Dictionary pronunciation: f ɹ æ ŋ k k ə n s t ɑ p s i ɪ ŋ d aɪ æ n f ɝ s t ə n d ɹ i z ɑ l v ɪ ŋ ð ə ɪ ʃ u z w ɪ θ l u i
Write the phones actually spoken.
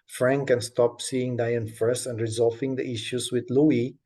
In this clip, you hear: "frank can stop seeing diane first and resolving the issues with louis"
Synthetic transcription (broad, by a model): f ɹ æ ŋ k k ə n s t ɑ p s i ɪ ŋ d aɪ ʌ n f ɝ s ə n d ɹ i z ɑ l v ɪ ŋ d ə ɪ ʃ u s w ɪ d l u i